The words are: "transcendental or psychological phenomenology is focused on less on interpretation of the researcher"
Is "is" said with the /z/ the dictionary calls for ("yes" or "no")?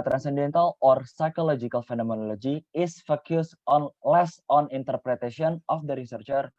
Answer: no